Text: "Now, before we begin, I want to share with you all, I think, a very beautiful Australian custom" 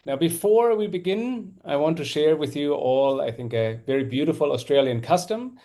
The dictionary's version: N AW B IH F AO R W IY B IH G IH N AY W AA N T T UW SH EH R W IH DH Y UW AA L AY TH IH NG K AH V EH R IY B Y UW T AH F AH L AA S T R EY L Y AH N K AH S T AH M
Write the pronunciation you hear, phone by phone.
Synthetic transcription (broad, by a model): N AW B IH F AO R W IY B IH G IH N AY W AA N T T UW SH EH R W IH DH Y UW AA L AY TH IH NG K AH V EH R IY B Y UW T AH F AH L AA S T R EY L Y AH N K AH S T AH M